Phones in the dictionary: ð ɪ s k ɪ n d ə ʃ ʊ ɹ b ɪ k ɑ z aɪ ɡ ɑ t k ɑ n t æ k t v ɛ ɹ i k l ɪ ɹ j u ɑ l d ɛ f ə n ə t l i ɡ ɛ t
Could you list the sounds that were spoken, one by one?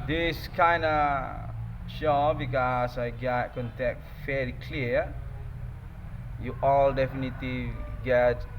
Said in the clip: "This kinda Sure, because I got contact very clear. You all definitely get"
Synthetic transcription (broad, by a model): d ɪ s k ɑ n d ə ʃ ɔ b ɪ k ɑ s aɪ ɡ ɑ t k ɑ n t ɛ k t f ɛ l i k l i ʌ j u ɑ l d ɛ f ə n ə t l i ɡ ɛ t